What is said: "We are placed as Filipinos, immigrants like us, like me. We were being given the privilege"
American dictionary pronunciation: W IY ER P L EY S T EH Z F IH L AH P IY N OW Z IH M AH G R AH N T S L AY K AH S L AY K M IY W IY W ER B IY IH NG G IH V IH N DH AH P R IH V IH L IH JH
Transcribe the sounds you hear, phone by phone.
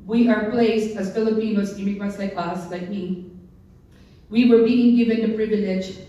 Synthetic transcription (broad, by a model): W IY ER P L EY S T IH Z F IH L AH P IY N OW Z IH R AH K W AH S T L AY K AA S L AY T M IY W IY W ER B IY IH NG G IH V IH N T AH P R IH V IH L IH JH